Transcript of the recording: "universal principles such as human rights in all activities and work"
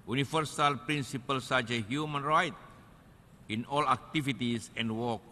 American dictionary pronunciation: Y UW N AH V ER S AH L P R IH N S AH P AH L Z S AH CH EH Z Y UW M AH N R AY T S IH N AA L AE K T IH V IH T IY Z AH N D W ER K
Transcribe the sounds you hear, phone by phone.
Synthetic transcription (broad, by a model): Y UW N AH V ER S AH L P R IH N S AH P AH L S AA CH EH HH Y UW M AH N R AY T IH N AA L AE K T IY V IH T IY S AH N D W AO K